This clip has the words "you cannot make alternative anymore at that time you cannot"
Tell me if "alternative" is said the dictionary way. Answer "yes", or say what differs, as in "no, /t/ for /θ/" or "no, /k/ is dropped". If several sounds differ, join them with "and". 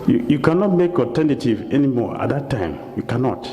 no, /l/ is dropped